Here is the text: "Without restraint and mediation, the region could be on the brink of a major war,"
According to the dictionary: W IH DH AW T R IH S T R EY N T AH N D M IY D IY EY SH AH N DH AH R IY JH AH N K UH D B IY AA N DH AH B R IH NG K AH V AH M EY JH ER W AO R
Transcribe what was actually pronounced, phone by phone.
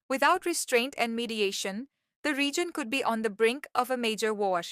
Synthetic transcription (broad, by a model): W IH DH AW T R IH S T R EY N T AH N D M IY D IY EY SH AH N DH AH R IY JH AH N K UH D B IY AA N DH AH B R IH NG K AH V AH M EY JH ER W AO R